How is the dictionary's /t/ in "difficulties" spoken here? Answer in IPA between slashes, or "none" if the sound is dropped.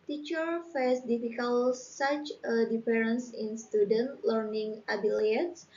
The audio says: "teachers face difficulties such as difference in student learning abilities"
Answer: /s/